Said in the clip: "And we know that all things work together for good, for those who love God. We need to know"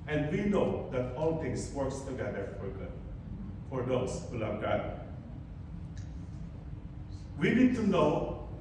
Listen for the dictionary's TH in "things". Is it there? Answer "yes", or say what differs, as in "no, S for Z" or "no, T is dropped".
no, T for TH